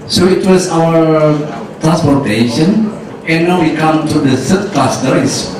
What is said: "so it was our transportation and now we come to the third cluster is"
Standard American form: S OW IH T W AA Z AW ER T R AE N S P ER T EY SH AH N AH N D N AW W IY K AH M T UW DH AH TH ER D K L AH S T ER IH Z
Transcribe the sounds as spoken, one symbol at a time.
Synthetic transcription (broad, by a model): S OW IH T W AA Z AW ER T R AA N S P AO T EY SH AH N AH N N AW W IY K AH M T UW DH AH S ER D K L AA S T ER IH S